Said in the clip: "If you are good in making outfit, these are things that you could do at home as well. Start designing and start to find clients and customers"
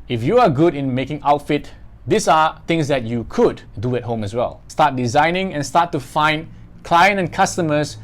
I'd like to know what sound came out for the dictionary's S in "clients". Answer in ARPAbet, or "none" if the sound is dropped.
none